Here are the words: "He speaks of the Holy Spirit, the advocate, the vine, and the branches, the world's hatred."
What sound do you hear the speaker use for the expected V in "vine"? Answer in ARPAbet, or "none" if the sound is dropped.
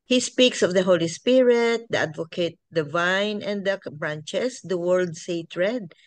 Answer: V